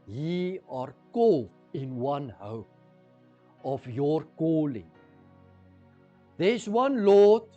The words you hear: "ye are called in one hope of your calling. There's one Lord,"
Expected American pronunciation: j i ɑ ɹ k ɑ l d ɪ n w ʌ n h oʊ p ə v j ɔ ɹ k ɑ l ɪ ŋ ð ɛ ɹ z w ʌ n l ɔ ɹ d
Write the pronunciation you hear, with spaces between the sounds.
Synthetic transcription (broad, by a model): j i ɑ ɹ k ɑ l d ɪ n w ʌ n h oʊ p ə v j ɔ ɹ k ɑ l ɪ ŋ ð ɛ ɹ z w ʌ n l ɔ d